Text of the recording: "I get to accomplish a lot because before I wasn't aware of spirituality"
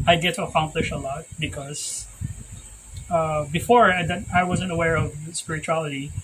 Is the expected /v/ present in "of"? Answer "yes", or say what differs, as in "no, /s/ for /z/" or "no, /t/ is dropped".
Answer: yes